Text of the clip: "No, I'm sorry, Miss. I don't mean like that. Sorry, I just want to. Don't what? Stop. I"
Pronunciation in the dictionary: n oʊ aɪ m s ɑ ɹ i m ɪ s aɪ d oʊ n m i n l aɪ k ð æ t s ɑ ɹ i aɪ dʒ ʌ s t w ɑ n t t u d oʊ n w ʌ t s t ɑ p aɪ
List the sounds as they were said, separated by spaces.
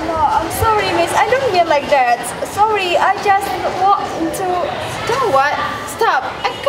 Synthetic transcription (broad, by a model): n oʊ aɪ m s ɑ ɹ i m ɪ s aɪ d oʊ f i l l aɪ k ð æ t s ɑ ɹ i aɪ dʒ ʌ s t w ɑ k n t u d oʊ w ʌ t s t ɑ p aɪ